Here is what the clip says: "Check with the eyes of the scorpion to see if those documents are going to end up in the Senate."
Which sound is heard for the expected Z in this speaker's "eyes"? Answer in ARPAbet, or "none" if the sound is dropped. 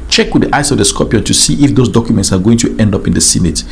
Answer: S